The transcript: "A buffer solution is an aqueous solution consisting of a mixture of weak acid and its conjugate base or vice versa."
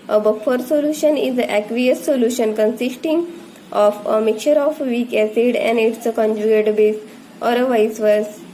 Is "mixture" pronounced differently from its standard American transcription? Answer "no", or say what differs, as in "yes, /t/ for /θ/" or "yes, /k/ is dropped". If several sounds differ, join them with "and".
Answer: yes, /s/ is dropped